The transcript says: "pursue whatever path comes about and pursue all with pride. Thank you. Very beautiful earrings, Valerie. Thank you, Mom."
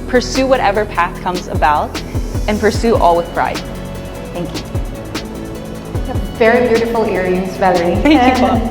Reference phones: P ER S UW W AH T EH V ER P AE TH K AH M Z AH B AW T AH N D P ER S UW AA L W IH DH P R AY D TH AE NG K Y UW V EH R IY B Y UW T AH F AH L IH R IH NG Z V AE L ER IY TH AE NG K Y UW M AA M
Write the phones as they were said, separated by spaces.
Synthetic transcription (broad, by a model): P ER S UW W AH T EH V ER P AE TH K AH M Z AH B AW T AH N P ER S UW AA L W IH DH P R AY D TH AE NG K Y UW V EH R IY B Y UW T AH F L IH R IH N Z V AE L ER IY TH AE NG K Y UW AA